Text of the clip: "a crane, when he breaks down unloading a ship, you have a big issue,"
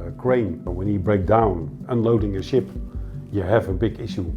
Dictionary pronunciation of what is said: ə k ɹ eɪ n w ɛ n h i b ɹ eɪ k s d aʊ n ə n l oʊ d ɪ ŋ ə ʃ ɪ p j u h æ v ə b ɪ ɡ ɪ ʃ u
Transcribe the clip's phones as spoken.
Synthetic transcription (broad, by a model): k ɹ eɪ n w ɛ n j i b ɹ eɪ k d aʊ n ə n l oʊ d ɪ ŋ ə ʃ ɪ p j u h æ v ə b ɪ ɡ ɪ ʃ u